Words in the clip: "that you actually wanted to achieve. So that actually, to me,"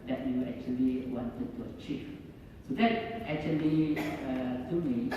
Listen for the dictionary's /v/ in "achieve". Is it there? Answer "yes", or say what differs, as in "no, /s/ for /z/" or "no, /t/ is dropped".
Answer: no, /f/ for /v/